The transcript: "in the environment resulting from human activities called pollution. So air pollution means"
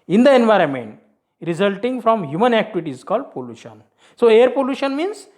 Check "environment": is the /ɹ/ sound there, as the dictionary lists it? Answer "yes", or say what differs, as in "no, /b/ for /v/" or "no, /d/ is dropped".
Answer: yes